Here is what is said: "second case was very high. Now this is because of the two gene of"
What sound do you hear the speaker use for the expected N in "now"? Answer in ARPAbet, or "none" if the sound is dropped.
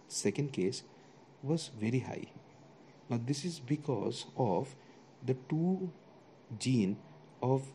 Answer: L